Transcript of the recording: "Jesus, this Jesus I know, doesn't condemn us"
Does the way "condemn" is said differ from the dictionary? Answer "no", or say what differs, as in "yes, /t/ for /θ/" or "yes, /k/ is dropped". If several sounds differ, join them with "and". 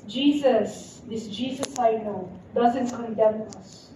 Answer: yes, /n/ is dropped